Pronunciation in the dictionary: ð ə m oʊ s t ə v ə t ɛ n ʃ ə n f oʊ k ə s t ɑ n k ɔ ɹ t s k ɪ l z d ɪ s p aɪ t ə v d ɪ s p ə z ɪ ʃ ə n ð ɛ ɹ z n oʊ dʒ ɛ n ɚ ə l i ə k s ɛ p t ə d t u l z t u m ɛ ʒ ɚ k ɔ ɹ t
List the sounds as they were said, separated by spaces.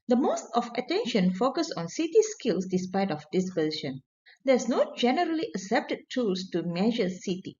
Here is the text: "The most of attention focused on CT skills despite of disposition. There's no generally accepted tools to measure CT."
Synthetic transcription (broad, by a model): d ə m oʊ s t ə f ə t ɛ n ʃ ə n f oʊ k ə s ɑ n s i t s k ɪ l s d ɪ s p aɪ t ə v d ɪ s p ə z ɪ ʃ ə n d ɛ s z n oʊ dʒ ɛ n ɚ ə l i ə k s ɛ p t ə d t u l s t u m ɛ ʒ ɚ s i t